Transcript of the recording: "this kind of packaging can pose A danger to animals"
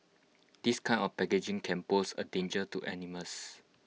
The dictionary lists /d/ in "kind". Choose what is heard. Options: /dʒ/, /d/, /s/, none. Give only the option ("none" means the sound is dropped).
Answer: none